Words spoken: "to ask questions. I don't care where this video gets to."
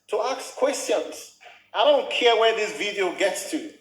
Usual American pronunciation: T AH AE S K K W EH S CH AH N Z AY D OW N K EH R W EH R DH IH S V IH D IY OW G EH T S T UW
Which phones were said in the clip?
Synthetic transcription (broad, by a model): T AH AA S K K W EH S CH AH N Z AY D OW N K EH R W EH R DH IH S V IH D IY OW G EH T S T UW